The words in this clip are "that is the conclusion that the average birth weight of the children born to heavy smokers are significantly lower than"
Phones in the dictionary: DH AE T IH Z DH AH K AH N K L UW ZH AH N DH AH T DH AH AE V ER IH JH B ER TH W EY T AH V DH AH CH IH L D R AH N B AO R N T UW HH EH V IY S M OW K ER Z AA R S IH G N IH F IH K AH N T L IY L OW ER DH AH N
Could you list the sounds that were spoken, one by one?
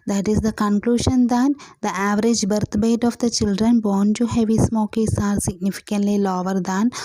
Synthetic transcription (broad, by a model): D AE T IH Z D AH K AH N K L UW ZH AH N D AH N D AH AE V ER IH JH B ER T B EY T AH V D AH CH IH L D R AH N B AO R N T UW HH EH V IY S M OW K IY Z AA R S IH G N IH F IH K AH N T L IY L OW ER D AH N